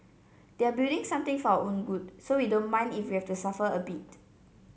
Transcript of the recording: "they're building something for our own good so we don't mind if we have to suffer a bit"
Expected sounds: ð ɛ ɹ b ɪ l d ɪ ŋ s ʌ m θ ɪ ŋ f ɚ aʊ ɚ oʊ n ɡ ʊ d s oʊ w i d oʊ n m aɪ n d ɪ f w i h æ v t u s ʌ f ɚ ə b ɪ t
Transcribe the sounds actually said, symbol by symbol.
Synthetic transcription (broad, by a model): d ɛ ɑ b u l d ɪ ŋ s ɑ m t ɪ ŋ f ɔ aʊ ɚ oʊ n ɡ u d s oʊ w i d oʊ n m aɪ n d ɪ f w i h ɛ f t u s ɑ f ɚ ə b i t